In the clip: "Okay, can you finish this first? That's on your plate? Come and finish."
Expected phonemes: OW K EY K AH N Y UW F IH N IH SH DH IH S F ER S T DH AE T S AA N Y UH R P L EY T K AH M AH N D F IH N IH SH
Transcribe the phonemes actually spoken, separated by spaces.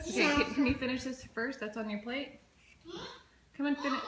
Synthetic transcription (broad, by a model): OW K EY K AH N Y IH F IH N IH SH DH IH S F ER S T DH AE T S N Y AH R P L EY T K AH M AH N F IH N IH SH